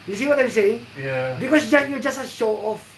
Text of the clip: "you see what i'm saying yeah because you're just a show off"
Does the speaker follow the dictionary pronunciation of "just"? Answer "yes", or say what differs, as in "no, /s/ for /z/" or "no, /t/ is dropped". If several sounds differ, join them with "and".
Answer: yes